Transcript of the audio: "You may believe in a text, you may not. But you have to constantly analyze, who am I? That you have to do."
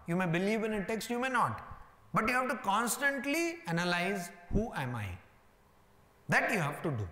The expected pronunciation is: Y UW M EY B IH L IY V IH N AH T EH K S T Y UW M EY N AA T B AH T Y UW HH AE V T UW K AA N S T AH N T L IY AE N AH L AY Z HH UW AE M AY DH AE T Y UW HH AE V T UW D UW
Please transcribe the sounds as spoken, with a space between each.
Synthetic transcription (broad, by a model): Y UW M EY B IH L IY V IH N AH T EH K S T Y UW M EY N AA T B AH T Y UW HH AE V T UW K AA N S T AH N T L IY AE N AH L AY Z HH UW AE M AY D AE T Y UW HH AE V T UW D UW